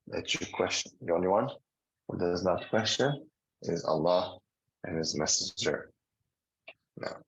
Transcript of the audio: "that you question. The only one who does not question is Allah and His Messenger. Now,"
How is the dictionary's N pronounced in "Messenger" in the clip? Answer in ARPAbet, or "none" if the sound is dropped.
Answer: none